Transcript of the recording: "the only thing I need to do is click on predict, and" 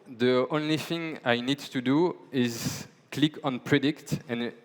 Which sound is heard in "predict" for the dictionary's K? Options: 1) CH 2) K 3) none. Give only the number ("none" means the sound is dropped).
2